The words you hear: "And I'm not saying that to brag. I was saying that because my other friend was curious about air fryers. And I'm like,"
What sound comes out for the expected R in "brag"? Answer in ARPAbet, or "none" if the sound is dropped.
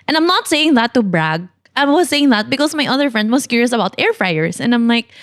R